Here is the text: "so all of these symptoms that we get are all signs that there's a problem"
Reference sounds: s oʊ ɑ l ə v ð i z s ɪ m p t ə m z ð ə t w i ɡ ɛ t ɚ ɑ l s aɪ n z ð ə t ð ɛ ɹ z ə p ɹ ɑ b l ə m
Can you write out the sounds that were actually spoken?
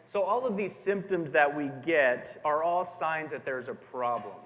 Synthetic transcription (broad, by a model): s oʊ ɑ l ə v ð i z s ɪ m p t ə m z ð ə t w i ɡ ɛ t ɚ ɑ l s aɪ n z ð ə t ð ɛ ɹ z ə p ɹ ɑ b l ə m